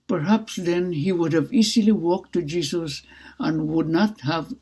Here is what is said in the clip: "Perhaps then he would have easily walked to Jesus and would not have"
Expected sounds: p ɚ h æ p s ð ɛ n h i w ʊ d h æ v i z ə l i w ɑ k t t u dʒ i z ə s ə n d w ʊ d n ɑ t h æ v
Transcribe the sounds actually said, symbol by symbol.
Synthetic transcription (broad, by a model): p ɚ h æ p s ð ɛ n h i w ʊ d h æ v i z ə l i w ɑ k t t u dʒ i s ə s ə n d w ʊ d n ɑ t h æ v